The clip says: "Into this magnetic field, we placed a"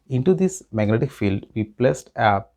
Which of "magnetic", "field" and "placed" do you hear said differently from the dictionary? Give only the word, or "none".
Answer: none